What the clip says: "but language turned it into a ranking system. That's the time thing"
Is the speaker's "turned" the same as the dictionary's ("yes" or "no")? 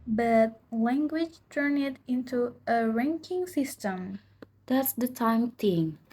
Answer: no